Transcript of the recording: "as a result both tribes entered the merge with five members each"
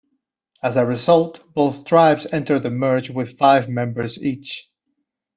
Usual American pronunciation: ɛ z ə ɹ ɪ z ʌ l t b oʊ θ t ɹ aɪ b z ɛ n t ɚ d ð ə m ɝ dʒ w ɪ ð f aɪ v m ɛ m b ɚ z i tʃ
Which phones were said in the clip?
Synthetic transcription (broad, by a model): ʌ z ə ɹ ɪ z ʌ l t b oʊ θ t ɹ aɪ b z ɛ n t ɚ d ð ə m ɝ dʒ w ɪ ð f aɪ v m ɛ m b ɚ z i tʃ